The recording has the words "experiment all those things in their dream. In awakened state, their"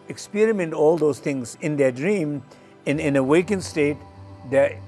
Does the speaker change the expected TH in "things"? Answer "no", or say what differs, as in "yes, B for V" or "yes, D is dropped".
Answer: yes, T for TH